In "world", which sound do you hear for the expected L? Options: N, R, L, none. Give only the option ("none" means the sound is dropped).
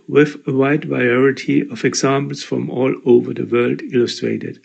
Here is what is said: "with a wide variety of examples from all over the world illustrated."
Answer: L